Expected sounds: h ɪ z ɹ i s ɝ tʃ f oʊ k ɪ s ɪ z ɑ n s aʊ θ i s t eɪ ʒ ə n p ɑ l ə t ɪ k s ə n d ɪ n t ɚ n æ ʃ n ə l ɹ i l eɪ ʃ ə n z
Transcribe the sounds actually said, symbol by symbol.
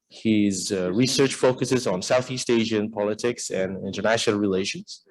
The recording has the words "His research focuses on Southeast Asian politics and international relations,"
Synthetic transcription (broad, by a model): h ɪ z ɹ i s ɝ tʃ f oʊ k ɪ s ɪ z n s aʊ θ i s t eɪ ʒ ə n p ɑ l ə t ɪ k s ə n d ɪ n t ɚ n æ ʃ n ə l ɹ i l eɪ ʃ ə n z